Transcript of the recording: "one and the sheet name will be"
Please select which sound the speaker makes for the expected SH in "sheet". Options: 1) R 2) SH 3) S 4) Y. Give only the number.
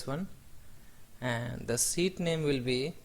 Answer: 3